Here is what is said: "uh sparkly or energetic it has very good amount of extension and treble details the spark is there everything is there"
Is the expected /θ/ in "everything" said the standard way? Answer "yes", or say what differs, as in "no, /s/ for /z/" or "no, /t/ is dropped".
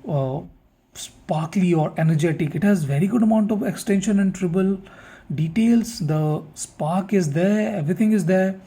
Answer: no, /t/ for /θ/